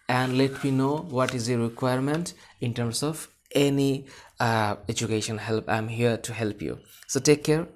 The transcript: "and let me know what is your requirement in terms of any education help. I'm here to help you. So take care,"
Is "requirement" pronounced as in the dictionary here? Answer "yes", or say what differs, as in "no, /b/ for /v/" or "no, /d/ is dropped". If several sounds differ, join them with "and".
yes